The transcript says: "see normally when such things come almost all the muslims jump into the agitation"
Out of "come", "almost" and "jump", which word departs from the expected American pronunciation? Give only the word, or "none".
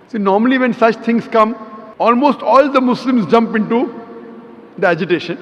none